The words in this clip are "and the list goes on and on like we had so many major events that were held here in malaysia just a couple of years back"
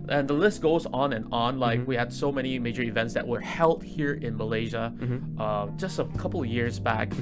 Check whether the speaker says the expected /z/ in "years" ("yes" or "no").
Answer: yes